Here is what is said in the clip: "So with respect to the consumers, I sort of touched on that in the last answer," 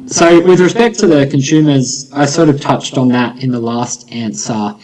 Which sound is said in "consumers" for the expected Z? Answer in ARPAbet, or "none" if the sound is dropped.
Z